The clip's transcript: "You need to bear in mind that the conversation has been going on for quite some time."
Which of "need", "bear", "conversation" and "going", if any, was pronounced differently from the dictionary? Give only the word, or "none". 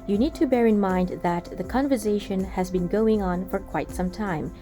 none